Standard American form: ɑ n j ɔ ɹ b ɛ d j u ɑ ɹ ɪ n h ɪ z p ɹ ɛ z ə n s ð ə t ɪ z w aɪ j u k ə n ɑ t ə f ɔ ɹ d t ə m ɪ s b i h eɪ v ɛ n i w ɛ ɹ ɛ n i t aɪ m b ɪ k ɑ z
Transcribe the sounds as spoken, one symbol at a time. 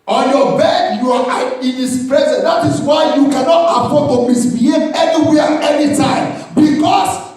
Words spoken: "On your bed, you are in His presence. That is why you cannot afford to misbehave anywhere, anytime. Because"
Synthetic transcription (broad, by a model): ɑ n j ɔ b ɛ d j u ɑ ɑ ɪ n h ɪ s p ɹ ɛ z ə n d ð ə t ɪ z w aɪ j u k ə n ɑ t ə p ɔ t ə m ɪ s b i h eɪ ɛ n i w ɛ ɛ n i t aɪ m b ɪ k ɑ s